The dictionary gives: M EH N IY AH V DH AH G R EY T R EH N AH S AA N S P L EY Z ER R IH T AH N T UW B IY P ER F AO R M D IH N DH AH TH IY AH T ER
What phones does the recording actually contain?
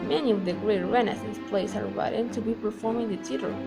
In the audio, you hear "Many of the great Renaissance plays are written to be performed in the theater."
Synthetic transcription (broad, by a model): M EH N IY AH V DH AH G R EY T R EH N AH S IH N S P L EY S ER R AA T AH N T UW B IY P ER F AO R M IH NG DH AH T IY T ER